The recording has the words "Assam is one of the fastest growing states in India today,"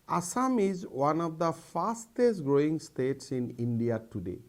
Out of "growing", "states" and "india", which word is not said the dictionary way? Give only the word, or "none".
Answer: none